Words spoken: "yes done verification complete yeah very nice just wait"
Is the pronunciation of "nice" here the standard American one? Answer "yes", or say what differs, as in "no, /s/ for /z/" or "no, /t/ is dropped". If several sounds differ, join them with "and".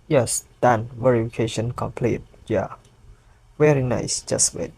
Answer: yes